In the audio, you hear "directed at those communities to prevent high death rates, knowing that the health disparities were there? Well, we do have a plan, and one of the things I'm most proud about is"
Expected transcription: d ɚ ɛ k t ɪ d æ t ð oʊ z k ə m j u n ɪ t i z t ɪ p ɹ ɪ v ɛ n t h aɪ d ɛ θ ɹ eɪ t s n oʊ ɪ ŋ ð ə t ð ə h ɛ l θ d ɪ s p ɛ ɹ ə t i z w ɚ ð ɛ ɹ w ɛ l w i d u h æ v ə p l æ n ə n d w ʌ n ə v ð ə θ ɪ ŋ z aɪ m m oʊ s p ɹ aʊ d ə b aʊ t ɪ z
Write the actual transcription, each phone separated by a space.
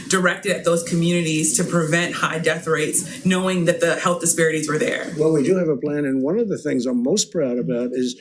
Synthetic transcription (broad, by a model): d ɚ ɛ k t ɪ d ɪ t ð oʊ z k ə m j u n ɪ t i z t ɪ p ɹ ɪ v ɛ n t h aɪ d ɛ θ ɹ eɪ t s n oʊ ɪ ŋ ð ə t ð ə h ɛ l θ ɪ s p ɛ ɹ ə t i z w ɚ ð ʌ ɹ w ɛ l w i d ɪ v ə p l æ n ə n w ʌ n ə v ð ə θ ɪ ŋ z aɪ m m oʊ s p ɹ aʊ d ə b aʊ t ɪ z